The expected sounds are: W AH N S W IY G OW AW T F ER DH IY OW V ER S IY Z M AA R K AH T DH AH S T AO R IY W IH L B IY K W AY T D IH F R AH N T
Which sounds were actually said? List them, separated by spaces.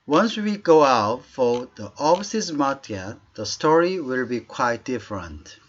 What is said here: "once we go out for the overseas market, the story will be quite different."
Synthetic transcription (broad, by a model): W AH N S W IY G OW AW T F ER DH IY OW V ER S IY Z M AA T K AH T DH AH S T AO R IY W IH L B IY K W AY T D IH F R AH N T